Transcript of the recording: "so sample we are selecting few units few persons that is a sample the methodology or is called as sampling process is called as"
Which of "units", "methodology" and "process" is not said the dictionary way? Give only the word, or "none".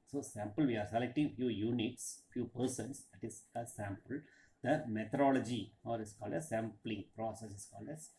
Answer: methodology